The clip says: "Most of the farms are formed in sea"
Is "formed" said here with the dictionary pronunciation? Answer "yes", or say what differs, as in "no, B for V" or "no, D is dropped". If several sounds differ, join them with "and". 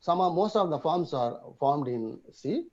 yes